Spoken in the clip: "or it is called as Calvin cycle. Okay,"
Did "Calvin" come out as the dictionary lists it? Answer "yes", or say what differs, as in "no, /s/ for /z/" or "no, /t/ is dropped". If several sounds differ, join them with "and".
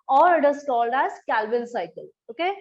no, /l/ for /n/